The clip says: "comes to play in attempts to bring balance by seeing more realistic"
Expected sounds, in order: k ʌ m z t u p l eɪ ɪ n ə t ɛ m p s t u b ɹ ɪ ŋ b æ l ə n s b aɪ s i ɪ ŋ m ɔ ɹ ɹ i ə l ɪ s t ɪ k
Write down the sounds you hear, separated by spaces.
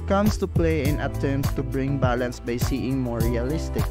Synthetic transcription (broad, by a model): k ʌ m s t u p l eɪ ɪ n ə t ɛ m s t u b ɹ ɪ ŋ b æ l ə n s b aɪ s i ɪ ŋ m ɔ ɹ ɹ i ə l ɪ s t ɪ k